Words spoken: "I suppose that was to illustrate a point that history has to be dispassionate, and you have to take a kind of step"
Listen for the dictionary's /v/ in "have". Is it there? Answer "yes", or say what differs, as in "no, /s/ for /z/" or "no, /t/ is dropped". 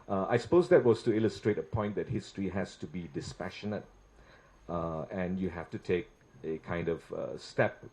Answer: no, /f/ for /v/